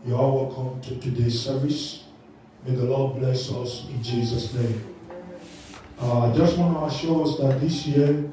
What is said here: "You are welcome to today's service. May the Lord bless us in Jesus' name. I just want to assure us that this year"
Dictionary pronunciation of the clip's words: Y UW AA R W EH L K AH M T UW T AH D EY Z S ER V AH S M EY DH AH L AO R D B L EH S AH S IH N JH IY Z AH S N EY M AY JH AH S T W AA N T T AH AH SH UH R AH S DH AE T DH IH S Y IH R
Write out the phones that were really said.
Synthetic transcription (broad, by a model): Y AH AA L W EH L K AH M T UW T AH D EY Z S ER V AH S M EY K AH L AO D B L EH S AH S IH N JH IY Z AH S N EY M AY JH AH S T W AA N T T AH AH SH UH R AH S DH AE T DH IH S Y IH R